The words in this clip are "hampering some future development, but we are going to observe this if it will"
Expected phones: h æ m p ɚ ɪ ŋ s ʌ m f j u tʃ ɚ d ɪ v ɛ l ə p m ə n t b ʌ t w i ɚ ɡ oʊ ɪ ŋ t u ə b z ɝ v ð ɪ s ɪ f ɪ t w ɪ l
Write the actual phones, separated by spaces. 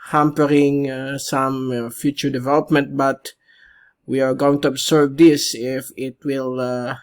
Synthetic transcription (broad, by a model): h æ m p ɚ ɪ ŋ s ʌ m f j u tʃ ɚ d ɪ v ɛ l ə p m ə n t b ʌ t w i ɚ ɡ oʊ ɪ ŋ t u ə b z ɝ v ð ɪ s ɪ f ɪ t w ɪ l